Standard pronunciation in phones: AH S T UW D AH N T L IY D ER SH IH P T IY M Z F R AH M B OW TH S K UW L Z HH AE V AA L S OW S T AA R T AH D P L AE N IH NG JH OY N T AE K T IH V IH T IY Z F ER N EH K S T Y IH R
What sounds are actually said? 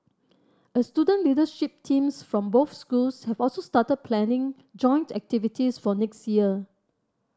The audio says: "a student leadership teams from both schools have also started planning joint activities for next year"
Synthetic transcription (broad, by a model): AH S T UW D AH N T L IY D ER SH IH P T IY M S F R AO M B OW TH S K UW L S HH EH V AA L S OW S T AA T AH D P L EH N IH NG JH OY N T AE K T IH V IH T IY S F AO N EH K S T Y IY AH